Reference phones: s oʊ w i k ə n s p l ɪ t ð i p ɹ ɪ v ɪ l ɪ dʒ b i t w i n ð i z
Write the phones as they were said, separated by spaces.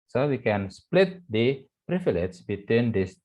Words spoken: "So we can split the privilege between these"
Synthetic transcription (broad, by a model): s oʊ w i k ə n s p l ɪ t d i p ɹ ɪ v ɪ l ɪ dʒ b i t w i n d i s